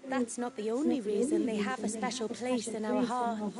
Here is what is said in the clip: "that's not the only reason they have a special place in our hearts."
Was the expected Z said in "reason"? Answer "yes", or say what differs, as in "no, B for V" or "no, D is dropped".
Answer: yes